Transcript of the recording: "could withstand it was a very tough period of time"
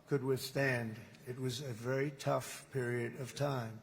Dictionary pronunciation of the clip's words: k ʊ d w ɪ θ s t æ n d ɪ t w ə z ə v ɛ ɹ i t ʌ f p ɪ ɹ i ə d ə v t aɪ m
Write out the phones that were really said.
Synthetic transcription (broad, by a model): k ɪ d w ɪ θ s t æ n d ɪ t w ə z ə v ɛ ɹ i t ʌ f p ɪ ɹ i ə d ə v t aɪ m